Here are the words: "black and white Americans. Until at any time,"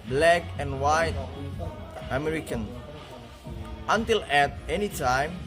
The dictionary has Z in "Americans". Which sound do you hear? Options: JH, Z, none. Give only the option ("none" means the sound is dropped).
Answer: none